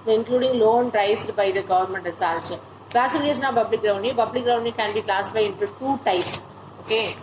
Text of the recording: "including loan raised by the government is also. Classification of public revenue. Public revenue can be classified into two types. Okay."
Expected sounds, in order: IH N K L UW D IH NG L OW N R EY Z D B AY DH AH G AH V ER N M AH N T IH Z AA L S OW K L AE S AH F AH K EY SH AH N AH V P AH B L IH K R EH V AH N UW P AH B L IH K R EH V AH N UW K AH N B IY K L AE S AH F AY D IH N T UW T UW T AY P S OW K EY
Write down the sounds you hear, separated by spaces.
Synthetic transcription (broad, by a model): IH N K L UW D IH NG L OW N R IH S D B AY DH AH G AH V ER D M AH N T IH S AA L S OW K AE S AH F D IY AH N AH P AH B L IH K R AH AH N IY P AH B L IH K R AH AH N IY K AH N B IY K L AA S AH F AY IH N T UW T UW T AY P S OW K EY